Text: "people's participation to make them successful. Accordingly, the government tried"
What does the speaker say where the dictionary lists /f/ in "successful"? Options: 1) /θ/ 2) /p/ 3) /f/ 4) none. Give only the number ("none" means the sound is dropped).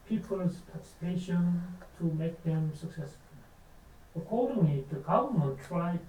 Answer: 3